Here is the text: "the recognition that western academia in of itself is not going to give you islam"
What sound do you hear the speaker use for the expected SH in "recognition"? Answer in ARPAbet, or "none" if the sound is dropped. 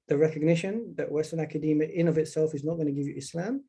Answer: SH